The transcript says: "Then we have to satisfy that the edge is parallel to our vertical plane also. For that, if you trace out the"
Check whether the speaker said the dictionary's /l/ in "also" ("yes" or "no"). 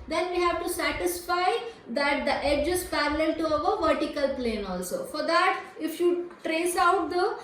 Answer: yes